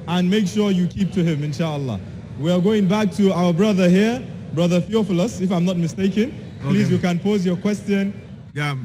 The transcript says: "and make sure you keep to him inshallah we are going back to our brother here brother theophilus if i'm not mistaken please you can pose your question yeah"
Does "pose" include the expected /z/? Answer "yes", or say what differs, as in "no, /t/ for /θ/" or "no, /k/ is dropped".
yes